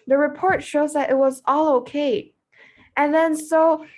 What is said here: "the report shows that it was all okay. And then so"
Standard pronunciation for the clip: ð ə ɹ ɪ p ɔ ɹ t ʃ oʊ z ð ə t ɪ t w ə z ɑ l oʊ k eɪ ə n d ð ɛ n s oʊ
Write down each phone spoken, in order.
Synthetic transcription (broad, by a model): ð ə ɹ ɪ p ɔ ɹ t ʃ oʊ z ð ə t ɪ t w ə z ɑ l oʊ k eɪ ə n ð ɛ n s oʊ